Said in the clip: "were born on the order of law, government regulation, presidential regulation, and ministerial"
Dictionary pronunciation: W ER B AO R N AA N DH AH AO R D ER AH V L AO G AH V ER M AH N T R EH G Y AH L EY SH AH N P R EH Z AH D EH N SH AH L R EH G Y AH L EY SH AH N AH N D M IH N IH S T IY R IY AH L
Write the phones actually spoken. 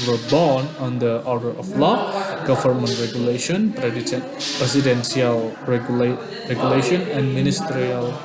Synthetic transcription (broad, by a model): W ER B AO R N AA N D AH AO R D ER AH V L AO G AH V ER M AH N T R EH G Y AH L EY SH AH N P R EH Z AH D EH N S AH L R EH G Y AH L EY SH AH N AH N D M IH N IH S T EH R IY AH L